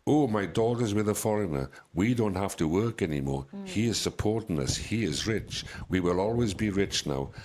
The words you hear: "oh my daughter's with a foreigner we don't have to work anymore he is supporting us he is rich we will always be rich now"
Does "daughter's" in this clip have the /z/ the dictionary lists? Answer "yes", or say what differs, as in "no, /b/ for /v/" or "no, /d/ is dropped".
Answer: yes